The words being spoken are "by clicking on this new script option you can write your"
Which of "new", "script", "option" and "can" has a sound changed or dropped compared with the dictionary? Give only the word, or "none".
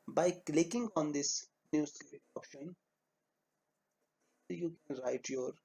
script